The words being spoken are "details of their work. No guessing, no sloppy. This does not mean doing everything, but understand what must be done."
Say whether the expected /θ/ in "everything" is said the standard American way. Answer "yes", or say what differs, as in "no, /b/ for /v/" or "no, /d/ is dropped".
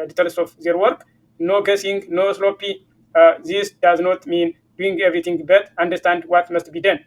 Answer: no, /t/ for /θ/